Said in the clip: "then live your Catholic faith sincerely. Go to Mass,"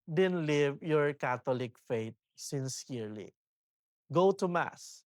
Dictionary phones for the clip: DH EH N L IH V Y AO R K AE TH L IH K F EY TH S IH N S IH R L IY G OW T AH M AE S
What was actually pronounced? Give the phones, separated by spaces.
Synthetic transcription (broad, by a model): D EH N L IH V Y AO R K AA T L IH K F EY T S IH N S IH R L IY G OW T AH M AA S